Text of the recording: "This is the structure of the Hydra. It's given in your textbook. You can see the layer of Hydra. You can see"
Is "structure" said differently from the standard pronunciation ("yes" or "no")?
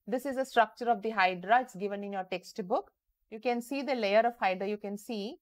no